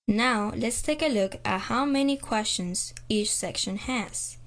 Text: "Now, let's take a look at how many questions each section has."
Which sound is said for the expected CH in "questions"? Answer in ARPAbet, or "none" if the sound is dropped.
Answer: CH